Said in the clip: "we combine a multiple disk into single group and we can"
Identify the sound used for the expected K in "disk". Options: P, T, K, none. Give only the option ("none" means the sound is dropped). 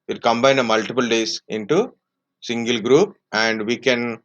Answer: none